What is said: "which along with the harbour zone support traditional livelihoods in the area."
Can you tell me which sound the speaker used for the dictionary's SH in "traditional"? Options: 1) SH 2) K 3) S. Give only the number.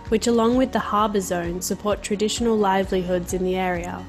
1